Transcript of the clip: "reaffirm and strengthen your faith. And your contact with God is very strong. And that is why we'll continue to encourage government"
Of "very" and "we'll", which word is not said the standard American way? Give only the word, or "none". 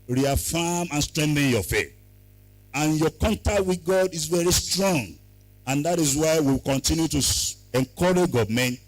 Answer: we'll